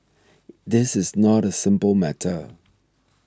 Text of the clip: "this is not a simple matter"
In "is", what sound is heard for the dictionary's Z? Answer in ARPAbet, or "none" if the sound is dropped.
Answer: Z